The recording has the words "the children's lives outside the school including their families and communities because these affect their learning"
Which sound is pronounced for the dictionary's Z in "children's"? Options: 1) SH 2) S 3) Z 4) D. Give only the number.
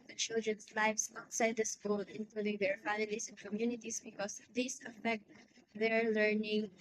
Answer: 2